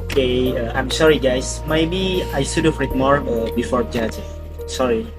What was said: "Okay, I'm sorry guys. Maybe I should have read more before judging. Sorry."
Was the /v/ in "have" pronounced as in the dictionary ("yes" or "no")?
no